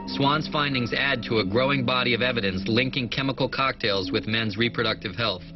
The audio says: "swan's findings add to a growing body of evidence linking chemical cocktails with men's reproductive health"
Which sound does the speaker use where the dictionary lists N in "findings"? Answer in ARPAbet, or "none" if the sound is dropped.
N